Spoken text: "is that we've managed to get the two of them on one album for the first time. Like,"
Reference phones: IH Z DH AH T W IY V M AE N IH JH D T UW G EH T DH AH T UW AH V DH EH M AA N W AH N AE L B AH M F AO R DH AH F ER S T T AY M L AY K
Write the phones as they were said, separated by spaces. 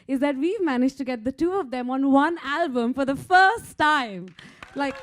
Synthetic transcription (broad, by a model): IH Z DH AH T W IY V M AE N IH JH T UW G EH T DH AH T UW AH V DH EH M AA N W AH N AE L B AH M F AO R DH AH F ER S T T AY M L AY K